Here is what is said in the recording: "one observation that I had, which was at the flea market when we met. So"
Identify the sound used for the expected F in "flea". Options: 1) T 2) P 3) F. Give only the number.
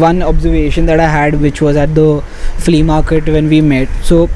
3